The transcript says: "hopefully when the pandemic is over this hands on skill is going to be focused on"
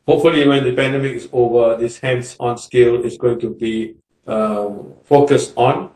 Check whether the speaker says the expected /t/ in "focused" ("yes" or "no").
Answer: yes